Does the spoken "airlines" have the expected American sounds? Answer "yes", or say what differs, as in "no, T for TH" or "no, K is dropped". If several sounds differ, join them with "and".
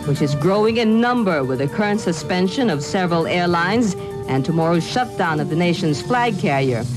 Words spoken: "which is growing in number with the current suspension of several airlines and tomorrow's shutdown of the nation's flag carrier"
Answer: yes